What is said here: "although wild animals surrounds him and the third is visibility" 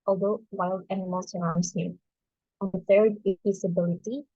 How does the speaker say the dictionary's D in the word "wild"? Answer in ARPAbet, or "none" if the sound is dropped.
D